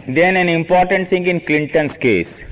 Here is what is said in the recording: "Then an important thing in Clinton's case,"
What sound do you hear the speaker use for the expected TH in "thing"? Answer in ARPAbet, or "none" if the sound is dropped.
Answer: T